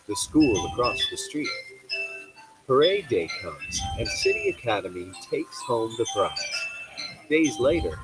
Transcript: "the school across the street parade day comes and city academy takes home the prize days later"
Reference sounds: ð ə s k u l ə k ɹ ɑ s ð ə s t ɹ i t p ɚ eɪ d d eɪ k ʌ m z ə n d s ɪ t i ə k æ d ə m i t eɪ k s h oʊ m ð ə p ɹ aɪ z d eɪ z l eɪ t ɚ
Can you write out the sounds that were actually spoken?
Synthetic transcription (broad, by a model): ð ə s k u l ə k ɹ ɑ s ð ə s t ɹ i t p ɚ eɪ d d eɪ k ʌ m z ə n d s ɪ t i ə k æ d ə m i t eɪ k s h oʊ m ð ə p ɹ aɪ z d eɪ z l eɪ t ɚ